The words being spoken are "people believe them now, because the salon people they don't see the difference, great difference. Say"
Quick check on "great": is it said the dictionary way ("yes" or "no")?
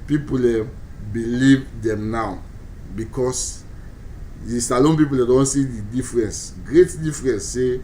yes